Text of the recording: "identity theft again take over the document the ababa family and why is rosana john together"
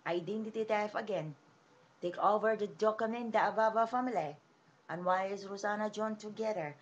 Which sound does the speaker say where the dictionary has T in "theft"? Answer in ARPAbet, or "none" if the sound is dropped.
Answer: none